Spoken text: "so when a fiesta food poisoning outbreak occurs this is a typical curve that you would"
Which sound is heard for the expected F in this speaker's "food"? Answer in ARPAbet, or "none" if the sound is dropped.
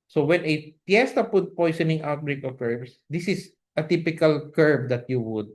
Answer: P